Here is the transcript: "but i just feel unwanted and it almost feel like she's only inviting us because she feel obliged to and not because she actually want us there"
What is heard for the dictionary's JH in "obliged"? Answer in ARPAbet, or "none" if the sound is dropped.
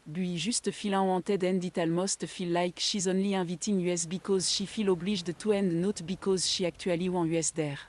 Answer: ZH